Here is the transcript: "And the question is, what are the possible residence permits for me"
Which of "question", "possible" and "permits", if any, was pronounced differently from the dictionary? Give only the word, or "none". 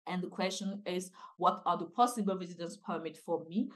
permits